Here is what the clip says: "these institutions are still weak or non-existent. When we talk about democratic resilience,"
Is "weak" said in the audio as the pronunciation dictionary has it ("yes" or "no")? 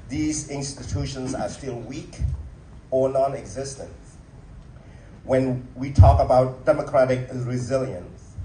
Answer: yes